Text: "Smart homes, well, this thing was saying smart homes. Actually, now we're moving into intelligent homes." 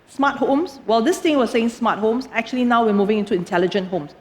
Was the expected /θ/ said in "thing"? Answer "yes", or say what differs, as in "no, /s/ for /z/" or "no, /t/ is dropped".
no, /t/ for /θ/